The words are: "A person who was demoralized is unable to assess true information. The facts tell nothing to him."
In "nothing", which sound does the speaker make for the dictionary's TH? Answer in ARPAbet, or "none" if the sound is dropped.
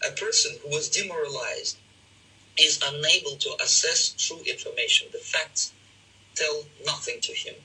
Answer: TH